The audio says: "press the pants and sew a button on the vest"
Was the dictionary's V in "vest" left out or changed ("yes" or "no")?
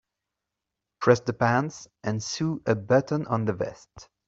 no